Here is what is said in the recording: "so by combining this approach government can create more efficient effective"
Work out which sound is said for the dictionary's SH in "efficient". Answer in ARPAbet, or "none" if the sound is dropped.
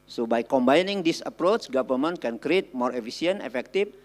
S